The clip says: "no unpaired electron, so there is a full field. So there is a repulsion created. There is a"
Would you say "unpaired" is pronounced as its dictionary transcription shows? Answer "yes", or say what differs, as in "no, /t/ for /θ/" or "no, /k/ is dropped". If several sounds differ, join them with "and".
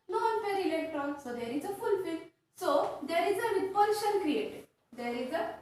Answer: no, /f/ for /p/